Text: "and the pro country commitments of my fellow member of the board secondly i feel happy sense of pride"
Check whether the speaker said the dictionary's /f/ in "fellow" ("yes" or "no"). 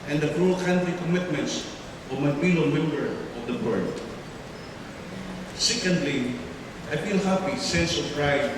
no